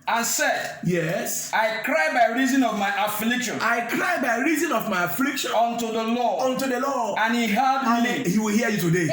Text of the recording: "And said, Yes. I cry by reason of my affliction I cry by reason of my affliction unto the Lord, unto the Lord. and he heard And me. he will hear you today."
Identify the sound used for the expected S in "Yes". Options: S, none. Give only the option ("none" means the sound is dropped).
S